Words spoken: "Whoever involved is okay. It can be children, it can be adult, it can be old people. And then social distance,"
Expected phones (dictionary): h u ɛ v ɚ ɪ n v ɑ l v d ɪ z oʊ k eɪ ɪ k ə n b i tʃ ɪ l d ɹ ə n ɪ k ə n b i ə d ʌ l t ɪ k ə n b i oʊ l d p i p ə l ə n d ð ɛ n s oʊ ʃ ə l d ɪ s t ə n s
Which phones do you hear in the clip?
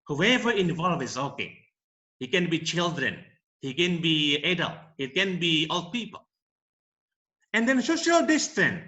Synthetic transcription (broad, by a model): h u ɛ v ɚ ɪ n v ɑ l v ɪ z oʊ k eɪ ɪ k ə n b i tʃ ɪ l d ɹ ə n ɪ k ə n b i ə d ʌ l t ɪ k ə n b i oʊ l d p i p ə l ə n d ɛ n s oʊ ʃ ə l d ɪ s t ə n